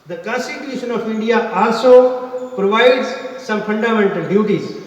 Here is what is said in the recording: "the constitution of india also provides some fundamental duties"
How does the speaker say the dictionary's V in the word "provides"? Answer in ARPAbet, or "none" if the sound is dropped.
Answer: V